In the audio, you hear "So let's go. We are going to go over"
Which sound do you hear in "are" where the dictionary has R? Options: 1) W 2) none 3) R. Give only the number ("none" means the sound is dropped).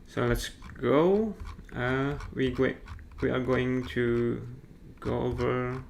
1